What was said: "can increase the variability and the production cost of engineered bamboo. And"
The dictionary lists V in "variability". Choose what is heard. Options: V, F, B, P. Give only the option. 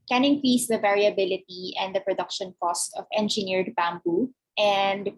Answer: V